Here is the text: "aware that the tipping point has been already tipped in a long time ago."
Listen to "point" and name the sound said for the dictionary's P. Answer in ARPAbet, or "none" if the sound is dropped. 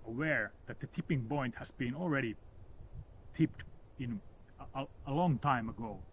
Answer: B